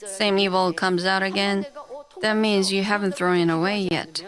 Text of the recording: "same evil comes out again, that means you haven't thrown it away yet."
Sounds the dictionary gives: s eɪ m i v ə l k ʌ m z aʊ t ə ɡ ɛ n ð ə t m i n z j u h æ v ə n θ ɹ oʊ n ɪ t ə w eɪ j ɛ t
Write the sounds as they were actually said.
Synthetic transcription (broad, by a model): s eɪ m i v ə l k ʌ m z aʊ t ə ɡ ɛ n ð ə t m i n z j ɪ h æ v ə n θ ɹ oʊ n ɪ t ə w eɪ j ɛ t